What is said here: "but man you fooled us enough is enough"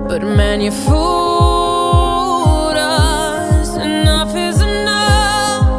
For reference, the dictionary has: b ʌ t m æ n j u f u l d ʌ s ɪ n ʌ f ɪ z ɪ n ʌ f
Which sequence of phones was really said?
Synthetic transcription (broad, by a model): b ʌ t m æ n j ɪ f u d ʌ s ɪ n ʌ f ɪ z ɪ n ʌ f